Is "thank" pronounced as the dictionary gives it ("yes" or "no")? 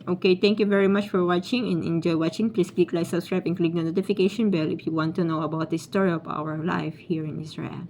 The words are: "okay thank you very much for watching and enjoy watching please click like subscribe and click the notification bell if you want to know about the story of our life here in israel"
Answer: no